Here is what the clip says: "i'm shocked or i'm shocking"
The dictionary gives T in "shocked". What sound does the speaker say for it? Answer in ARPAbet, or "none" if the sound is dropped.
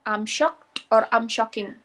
T